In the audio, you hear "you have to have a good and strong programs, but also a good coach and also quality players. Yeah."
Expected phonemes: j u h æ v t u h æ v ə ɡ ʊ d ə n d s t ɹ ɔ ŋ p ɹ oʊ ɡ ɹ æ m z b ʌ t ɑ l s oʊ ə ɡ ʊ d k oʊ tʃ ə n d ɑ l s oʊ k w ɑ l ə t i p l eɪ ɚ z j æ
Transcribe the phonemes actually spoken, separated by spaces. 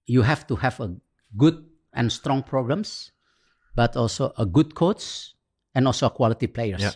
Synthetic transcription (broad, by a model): j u h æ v t u h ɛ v ə ɡ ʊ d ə n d s t ɹ ɔ ŋ p ɹ oʊ ɡ ɹ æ m s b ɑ t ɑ l s oʊ ə ɡ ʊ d k oʊ s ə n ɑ l s oʊ k w ɑ l ə t i p l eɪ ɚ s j